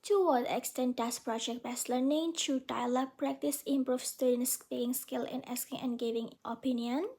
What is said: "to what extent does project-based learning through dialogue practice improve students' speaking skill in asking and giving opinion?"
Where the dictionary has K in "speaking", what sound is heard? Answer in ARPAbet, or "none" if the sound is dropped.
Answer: none